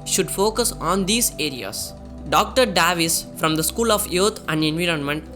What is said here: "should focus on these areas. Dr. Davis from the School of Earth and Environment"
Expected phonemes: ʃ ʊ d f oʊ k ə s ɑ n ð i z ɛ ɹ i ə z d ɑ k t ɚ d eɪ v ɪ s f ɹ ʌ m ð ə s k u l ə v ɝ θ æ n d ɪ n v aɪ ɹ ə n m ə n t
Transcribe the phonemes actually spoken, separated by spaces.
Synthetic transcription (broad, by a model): ʃ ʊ d f oʊ k ə s ɑ n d i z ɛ ɹ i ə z d ɑ k t ɚ d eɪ v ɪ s f ɹ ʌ m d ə s k u l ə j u t æ n d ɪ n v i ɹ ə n m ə n t